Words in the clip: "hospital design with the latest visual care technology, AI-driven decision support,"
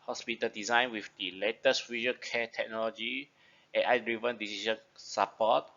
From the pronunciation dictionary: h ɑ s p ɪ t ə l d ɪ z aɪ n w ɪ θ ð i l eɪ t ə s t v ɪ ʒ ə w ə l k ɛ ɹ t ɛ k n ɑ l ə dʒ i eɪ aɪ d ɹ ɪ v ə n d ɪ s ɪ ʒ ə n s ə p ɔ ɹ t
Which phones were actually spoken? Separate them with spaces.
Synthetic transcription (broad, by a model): h ɑ s p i t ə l d ɪ z aɪ n w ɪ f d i l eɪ t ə s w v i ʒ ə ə n k ɛ t ɛ k n ɑ l ə dʒ i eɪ aɪ d ɹ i v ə n d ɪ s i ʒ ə n s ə p ɔ t